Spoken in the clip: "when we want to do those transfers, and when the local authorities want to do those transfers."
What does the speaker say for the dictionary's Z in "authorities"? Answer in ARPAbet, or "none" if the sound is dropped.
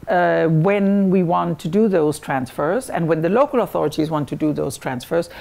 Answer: Z